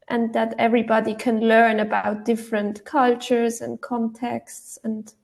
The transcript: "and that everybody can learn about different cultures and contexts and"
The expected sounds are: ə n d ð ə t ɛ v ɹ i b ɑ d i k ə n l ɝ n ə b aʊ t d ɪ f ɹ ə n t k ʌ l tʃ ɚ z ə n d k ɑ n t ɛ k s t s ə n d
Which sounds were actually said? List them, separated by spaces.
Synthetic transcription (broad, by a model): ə n ð ə t ɛ v ɹ i b ɑ d i k ə n l ɝ n ə b aʊ t d ɪ f ɹ ə n t k ʌ l tʃ ɚ z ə n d k ɑ n t ɛ k s t s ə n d